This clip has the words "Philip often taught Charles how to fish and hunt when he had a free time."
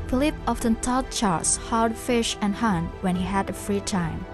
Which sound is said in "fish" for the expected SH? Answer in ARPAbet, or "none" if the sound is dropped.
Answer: SH